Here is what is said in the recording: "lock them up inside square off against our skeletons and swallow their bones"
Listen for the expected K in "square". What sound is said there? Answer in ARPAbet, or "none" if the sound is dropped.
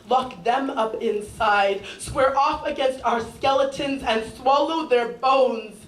none